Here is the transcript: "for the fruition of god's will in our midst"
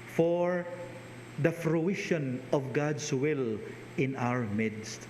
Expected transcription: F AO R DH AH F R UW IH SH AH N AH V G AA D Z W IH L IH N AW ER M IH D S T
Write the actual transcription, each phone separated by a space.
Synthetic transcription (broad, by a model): F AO R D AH F R UW IH SH AH N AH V G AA D S W IH L IH N AW ER M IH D S T